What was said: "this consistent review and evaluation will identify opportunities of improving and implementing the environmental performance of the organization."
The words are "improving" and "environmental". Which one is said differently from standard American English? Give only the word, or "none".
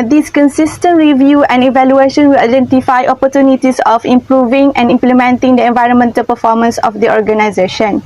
none